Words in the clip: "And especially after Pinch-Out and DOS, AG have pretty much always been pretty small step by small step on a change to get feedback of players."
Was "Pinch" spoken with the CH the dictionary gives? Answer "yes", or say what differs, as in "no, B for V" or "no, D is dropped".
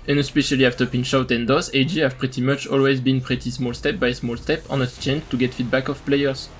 no, SH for CH